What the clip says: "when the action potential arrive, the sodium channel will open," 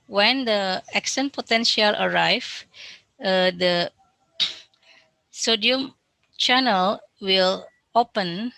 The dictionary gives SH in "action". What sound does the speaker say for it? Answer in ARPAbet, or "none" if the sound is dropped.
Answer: S